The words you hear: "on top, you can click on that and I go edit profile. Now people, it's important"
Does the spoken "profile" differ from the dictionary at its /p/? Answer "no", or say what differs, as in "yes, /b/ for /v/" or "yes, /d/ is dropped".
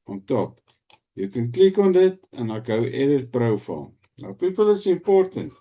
yes, /b/ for /p/